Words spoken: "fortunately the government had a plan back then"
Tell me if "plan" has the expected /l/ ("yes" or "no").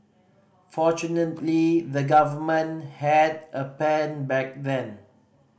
no